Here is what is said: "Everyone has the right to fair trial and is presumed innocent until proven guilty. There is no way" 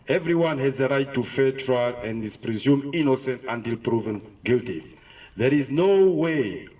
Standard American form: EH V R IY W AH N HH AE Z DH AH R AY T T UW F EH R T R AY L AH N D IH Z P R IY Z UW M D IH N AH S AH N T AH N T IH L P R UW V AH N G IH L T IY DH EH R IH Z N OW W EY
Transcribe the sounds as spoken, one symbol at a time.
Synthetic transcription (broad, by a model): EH V R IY W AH N HH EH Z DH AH R AY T T UW F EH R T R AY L AH N D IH S P R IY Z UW M IH N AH S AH N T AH N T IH L P R UW V AH N G IH L T IY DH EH R IH Z N OW W EY